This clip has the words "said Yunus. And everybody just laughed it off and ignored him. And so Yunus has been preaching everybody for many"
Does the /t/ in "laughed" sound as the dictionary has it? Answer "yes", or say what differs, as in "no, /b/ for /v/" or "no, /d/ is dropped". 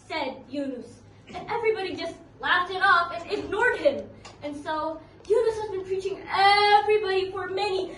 yes